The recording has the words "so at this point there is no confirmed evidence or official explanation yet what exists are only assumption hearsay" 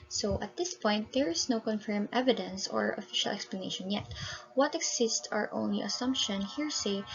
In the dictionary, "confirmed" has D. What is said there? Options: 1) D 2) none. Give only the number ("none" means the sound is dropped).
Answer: 2